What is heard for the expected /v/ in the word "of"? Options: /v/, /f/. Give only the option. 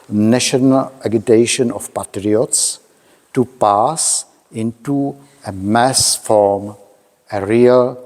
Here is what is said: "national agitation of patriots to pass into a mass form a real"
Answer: /f/